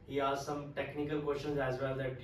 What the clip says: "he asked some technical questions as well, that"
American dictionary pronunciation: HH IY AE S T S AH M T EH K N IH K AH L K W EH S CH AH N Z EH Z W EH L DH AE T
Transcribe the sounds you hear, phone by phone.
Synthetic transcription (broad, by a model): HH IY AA T S AH M T EH K N IH K AH L K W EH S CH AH N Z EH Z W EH L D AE T